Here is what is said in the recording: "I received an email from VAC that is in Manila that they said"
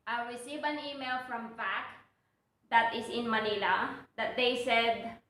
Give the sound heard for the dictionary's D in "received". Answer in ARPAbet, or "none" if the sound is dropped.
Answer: none